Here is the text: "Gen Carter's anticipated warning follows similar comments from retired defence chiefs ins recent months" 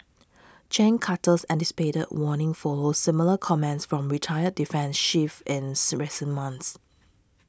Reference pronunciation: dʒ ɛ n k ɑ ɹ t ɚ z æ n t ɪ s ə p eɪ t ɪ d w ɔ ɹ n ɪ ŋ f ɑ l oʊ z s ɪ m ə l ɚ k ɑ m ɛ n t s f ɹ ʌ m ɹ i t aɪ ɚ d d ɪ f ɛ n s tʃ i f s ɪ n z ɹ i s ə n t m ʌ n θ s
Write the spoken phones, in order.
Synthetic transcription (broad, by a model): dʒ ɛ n k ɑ t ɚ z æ n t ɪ s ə p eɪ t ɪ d w ɔ n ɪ ŋ f ɑ l oʊ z s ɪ m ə l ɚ k ɑ m ɛ n t s f ɹ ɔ m ɹ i t aɪ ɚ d d ɪ f ɛ n s ʃ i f ɪ n s ɹ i s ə n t m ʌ n s